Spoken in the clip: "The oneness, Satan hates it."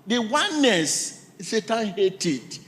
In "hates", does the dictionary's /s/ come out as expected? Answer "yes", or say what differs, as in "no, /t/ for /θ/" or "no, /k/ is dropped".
no, /s/ is dropped